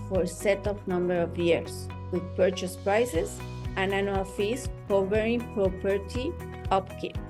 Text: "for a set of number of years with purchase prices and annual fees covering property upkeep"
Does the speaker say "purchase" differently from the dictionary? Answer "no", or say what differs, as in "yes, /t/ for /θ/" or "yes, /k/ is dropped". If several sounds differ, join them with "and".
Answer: no